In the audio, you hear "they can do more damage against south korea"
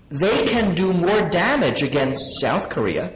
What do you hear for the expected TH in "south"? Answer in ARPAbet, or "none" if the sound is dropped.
TH